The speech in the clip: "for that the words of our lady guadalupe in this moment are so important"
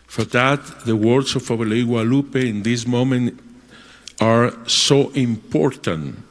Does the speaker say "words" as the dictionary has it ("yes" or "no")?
no